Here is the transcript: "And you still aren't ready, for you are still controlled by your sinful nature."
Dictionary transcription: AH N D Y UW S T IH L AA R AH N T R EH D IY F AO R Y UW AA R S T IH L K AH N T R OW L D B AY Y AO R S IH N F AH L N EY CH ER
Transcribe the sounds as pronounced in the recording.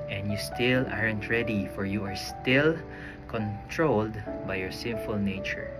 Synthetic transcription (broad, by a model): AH N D Y UW S T IH L AA R AH N T R EH D IY F AO R Y UW AA R S T IH L K AH N T R OW L D B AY Y AO R S IH N F AH L N EY CH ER